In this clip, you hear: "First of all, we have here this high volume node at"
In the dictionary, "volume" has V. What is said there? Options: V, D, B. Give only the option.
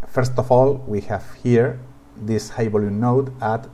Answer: B